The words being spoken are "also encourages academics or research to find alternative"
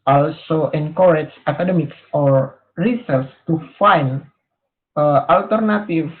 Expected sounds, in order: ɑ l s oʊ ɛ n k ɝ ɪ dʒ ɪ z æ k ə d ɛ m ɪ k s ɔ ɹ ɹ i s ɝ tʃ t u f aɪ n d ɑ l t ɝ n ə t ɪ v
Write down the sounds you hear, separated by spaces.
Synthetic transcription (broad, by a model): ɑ l s oʊ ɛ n k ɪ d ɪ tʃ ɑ k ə d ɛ m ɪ k s ɔ ɹ ɹ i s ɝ s t u f aɪ n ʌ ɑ l t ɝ n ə t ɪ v